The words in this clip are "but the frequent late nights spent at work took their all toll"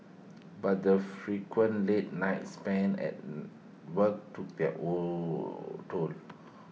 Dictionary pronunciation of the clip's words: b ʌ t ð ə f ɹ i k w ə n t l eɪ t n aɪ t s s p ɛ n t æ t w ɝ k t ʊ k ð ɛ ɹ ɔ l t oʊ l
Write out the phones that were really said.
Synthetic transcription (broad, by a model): b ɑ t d ə f ɹ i k w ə n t l eɪ t n aɪ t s s p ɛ n ɛ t w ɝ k t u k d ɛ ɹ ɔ t oʊ l